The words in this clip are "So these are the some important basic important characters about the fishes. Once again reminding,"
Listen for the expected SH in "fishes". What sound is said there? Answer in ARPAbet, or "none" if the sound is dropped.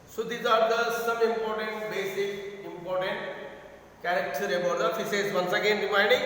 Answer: S